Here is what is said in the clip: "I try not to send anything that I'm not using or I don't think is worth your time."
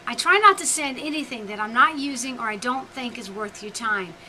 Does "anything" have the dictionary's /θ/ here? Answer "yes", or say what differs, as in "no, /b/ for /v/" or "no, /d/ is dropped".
yes